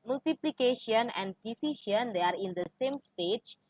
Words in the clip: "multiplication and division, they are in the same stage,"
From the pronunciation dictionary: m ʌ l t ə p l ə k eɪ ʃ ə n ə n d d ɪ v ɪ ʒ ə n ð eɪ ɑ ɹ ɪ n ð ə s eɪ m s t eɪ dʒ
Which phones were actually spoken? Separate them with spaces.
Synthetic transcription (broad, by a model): m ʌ l t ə p l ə k eɪ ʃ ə n ə n d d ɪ f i ʃ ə n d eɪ ɑ ɹ ɪ n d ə s eɪ m s t eɪ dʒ